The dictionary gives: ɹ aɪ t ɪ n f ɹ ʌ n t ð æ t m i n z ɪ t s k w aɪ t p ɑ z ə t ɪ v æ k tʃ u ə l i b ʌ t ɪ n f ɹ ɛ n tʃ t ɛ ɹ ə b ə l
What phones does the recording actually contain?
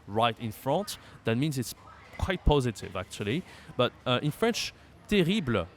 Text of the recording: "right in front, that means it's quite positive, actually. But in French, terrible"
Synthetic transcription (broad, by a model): ɹ aɪ t ɪ n f ɹ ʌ n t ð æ t m i n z ɪ t s k w aɪ t p ɑ z ə t ɪ v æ k tʃ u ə l i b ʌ t ɪ n f ɹ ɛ n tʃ t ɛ ɹ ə b l